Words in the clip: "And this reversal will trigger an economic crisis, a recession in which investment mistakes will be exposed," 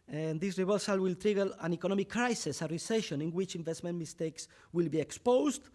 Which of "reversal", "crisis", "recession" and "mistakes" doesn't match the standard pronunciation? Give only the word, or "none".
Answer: reversal